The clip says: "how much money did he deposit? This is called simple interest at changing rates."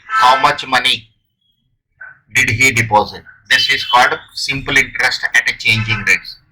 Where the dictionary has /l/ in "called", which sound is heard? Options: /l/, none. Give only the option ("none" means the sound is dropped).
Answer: none